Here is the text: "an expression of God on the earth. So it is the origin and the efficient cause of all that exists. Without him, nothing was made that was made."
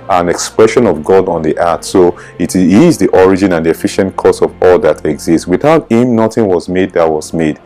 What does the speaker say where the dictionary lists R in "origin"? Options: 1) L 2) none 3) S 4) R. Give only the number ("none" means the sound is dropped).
4